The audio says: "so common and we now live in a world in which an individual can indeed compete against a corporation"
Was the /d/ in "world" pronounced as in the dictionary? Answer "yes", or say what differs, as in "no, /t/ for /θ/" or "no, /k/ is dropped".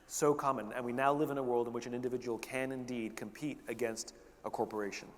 yes